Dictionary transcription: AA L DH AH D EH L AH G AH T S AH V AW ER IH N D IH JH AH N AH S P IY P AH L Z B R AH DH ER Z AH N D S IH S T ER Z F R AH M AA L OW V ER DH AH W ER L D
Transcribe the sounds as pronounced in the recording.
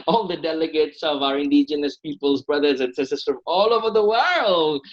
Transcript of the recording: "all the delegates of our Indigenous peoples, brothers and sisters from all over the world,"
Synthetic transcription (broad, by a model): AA L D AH D EH L AH G AH T S AH V AW ER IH N D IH JH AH N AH S P IY P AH L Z B R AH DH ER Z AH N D S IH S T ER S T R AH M AA L OW V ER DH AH W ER L D